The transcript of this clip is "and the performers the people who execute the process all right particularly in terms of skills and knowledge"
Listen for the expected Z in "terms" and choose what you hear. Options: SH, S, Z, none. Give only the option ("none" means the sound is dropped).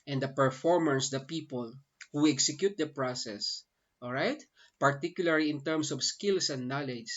S